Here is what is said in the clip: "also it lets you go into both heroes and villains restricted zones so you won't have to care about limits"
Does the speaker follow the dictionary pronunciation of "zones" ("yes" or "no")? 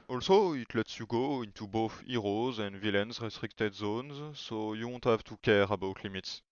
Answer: yes